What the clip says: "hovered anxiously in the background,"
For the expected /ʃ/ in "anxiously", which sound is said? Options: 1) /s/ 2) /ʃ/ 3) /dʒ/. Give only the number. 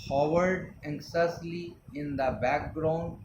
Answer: 1